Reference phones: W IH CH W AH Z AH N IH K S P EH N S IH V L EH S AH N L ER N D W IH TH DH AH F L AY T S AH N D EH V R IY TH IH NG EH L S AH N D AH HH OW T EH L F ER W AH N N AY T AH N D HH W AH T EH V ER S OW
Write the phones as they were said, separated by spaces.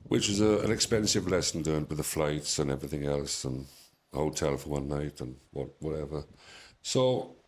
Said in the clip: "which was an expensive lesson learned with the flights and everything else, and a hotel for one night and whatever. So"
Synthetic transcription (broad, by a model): W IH CH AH Z AH N IH K S P EH N S IH V L EH S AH N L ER N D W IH DH AH F L AY T S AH N EH V R IY TH IH NG EH L S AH N AH HH OW T EH L F ER W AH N N AY T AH N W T W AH T EH V ER S OW